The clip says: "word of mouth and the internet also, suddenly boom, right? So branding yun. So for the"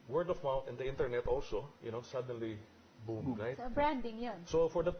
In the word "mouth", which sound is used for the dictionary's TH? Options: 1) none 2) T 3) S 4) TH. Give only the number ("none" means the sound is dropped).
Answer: 2